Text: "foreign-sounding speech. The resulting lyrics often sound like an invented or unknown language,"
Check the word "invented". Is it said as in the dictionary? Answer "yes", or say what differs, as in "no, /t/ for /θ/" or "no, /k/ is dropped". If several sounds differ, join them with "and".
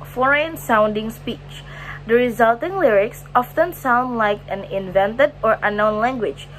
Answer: yes